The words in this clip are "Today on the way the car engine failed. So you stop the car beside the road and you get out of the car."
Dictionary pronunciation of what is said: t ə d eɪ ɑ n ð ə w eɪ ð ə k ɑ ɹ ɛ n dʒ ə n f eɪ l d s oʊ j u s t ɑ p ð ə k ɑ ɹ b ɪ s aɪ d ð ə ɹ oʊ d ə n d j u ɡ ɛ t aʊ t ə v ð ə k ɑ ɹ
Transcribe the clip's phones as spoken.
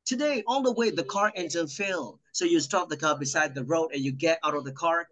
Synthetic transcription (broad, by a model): t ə d eɪ ɑ l ð ə w eɪ ð ə k ɑ ɹ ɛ n z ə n f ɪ l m s oʊ j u s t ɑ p ð ə k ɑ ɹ b ɪ s aɪ d ð ə ɹ oʊ d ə n j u ɡ ɛ t aʊ t ə v ð ə k ɑ ɹ